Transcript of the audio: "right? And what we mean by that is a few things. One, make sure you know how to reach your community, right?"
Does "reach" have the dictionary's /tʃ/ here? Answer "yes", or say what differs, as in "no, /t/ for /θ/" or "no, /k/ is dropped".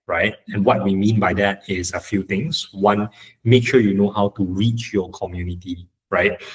yes